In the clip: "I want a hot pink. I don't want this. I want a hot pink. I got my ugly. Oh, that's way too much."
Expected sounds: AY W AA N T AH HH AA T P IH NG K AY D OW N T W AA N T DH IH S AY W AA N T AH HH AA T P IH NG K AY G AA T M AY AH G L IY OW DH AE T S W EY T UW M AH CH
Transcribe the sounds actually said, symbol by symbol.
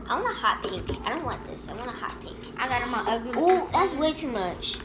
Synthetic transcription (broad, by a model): AY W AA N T AH HH AA T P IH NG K AY D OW N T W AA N DH IH S AY W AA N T AH HH AA T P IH K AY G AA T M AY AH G IY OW DH AE T S W EY T UW M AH CH